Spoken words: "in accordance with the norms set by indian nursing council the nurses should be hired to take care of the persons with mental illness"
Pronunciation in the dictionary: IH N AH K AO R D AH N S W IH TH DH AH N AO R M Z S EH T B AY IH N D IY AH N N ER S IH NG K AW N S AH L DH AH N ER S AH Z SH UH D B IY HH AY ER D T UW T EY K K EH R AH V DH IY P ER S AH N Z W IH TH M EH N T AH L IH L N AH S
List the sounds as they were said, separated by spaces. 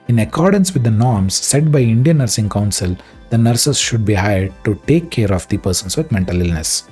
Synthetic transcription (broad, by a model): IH N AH K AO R D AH N S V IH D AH N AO R M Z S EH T B AY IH N D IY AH N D S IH NG K AW N S AH L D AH N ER S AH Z SH UH D B IY HH AY ER D T UW T EY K K EH R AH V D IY P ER S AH N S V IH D M EH N T AH L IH L N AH S